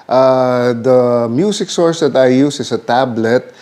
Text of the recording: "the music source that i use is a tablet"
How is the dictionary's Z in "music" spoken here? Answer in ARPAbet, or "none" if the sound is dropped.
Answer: S